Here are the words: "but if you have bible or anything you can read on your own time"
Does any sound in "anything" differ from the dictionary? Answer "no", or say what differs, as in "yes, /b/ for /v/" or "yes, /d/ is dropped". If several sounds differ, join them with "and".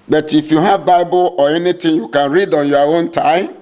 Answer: yes, /t/ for /θ/